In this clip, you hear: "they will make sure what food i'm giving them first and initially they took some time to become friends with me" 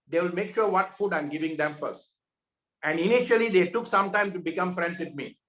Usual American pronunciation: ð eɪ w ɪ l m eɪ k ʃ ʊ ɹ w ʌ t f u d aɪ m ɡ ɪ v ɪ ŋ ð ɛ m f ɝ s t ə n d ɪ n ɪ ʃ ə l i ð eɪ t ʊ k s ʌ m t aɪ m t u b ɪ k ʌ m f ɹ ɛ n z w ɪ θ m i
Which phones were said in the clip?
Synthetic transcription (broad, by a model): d eɪ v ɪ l m eɪ k ʃ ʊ ɹ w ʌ t f u d aɪ m ɡ ɪ v ɪ ŋ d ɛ m f ɝ s t ə n d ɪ n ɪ ʃ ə l i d eɪ t ʊ k s ʌ m t aɪ m t u b ɪ k ʌ m f ɹ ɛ n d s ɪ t m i